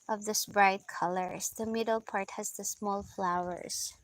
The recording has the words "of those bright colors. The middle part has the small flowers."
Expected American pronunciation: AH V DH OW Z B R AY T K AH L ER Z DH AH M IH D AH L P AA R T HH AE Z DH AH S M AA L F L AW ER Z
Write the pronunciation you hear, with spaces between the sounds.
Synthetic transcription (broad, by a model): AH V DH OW S B R AY T K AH L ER S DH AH M IH D AH L P AA R T HH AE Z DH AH S M AA L F L AW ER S